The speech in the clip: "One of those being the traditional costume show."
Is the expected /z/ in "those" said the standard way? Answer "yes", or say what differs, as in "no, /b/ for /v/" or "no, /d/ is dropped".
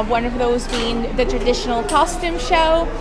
yes